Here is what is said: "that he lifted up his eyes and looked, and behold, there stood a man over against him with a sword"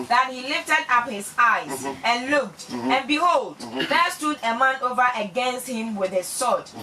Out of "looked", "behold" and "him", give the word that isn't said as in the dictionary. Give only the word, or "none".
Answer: none